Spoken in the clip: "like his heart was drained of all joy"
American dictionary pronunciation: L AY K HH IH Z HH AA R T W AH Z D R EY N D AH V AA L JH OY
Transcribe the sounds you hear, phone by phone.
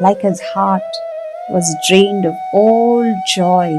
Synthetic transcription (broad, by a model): L AY K HH IH Z HH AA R T W AH Z D R EY N D AH V AA L JH OY